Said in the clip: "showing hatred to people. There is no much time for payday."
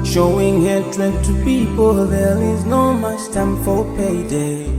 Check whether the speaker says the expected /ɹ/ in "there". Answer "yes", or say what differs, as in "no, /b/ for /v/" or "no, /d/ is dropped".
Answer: no, /l/ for /ɹ/